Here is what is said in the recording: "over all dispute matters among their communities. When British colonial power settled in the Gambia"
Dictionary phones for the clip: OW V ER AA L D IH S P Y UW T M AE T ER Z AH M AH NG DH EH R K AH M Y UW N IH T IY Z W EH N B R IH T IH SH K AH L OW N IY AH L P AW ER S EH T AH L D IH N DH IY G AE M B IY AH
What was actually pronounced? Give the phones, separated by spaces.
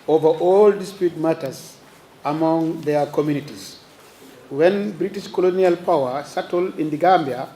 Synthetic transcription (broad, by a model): OW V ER AA L D IH S P Y UW T M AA T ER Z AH M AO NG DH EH K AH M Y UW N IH T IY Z W EH N B R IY T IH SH K AH L OW N IY AH L P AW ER S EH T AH L IH N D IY G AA M B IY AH